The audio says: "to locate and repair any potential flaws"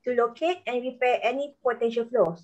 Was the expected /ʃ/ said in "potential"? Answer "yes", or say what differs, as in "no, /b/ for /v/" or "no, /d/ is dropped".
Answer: yes